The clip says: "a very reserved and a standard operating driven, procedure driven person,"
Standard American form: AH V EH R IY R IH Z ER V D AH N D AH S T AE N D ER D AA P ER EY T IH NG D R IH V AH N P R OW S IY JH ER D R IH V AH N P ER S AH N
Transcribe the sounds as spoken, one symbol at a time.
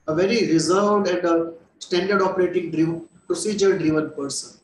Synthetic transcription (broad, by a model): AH V EH R IY R IH Z ER V D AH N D AH S T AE N D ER D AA P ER EY T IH NG D R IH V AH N P R OW S IY JH ER D R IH V AH N P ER S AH N